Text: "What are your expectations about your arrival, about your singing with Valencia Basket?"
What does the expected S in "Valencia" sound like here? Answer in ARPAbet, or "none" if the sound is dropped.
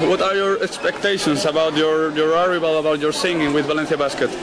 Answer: TH